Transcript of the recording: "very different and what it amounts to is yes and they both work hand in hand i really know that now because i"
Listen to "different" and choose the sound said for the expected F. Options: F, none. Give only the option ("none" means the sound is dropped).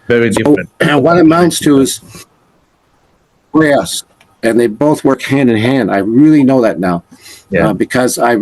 none